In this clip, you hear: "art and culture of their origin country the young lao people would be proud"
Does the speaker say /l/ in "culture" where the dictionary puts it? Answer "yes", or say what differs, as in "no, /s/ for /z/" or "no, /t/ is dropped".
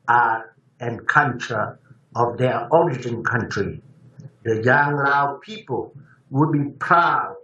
no, /n/ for /l/